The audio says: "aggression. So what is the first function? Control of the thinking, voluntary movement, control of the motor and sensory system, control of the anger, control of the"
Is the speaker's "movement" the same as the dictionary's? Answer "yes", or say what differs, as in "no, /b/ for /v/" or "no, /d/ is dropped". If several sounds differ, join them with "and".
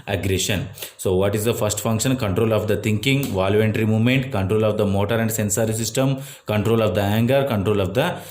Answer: yes